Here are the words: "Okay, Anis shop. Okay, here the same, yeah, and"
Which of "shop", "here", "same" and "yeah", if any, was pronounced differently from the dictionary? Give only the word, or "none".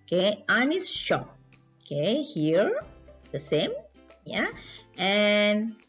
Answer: shop